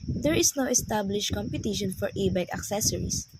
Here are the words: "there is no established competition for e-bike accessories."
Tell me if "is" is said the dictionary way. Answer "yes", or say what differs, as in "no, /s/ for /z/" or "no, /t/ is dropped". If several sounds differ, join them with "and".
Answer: no, /s/ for /z/